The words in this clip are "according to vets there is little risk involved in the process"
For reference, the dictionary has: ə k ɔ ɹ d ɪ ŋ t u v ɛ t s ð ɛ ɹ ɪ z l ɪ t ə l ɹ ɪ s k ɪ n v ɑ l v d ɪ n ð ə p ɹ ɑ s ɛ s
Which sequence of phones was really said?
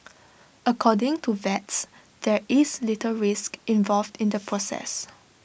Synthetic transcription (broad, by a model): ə k ɔ d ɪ ŋ t u v ɛ t s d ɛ ɹ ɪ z l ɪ t ə ɹ ɪ s k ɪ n v ɑ l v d ɪ n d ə p ɹ ɑ s ɛ s